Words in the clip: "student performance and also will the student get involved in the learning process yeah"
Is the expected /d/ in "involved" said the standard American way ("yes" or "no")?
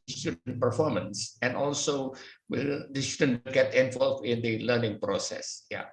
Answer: no